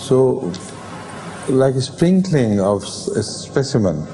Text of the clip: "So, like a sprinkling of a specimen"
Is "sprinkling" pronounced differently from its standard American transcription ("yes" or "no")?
no